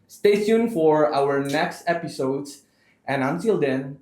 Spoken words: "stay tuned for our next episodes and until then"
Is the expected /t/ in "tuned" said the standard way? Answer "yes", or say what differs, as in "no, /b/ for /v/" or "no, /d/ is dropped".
no, /s/ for /t/